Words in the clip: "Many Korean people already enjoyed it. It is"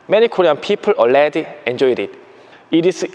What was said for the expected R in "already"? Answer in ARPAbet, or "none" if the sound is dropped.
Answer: L